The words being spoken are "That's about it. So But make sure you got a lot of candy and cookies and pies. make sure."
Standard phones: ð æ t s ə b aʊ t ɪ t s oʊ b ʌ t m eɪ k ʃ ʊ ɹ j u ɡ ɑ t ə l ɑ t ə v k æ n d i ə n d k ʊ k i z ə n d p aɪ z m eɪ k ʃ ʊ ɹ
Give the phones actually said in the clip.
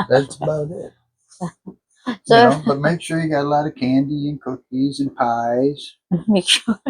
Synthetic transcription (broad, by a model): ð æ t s ə b aʊ t ɪ t s oʊ b ʌ t m eɪ k ʃ ʊ ɹ j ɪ ɡ ɑ t ə l ɑ t ə v k æ n d i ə n k ʊ k i z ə n p aɪ z m eɪ k ʃ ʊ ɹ